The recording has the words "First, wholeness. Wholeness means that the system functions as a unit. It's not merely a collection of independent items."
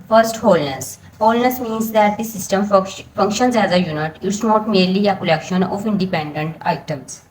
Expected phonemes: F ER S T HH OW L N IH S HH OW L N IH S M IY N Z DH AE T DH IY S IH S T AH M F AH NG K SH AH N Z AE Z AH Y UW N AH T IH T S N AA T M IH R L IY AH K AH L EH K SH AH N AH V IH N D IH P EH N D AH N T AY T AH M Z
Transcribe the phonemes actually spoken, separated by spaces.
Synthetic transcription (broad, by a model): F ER S T HH OW L N IH S HH OW L N IH S M IY N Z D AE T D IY S IH S T AH M F AH NG K SH AH N Z AE Z AH Y UW N AH T IH T S N AA T M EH R L IY AH K AH L EH K SH AH N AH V IH N D IH P EH N D AH N T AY T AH M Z